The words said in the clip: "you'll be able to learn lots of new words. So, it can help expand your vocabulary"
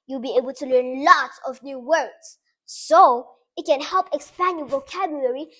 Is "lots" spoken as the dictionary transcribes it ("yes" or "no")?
no